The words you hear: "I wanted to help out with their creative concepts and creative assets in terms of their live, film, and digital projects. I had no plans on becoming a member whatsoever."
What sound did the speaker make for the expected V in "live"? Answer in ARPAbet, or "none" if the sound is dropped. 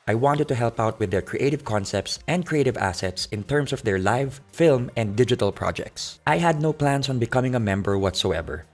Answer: V